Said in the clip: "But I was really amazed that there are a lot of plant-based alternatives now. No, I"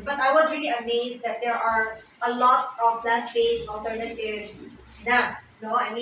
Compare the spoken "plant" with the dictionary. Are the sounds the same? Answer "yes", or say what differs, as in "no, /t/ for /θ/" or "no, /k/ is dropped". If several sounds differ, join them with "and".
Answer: no, /n/ is dropped